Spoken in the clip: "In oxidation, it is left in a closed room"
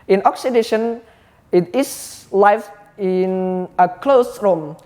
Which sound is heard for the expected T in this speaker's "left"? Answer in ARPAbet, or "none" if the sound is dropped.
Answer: none